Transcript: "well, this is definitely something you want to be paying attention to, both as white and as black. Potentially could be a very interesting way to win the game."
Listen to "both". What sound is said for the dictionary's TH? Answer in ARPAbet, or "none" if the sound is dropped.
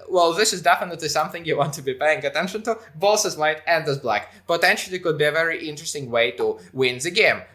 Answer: S